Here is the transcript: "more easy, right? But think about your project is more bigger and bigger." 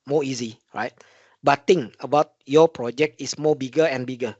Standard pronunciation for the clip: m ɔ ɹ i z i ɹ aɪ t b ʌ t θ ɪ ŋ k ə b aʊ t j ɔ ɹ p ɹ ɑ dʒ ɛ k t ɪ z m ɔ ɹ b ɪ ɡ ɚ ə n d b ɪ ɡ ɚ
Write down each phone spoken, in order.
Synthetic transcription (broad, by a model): m ɔ i z i ɹ aɪ t b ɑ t t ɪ ŋ ə b aʊ t j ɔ p ɹ ɑ dʒ ɛ k t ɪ s m ɔ b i ɡ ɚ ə n b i ɡ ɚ